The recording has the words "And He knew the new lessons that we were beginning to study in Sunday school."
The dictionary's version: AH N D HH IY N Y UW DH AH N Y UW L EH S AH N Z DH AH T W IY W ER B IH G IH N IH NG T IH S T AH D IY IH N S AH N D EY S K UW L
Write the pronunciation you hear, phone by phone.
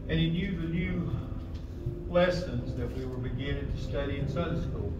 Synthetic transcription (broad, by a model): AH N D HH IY N Y UW DH AH N Y UW L EH S AH N Z DH AH T W IY W ER B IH G IH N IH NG T IH S T AH D IY IH N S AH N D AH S K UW L